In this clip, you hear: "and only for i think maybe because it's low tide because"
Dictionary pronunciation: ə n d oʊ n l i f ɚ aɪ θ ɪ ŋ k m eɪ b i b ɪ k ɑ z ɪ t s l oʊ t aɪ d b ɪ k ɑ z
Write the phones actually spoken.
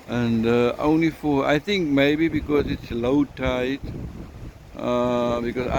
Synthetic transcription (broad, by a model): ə n d oʊ n l i f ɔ aɪ t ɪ ŋ k m eɪ b i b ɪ k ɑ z ɪ t s l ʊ t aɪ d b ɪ k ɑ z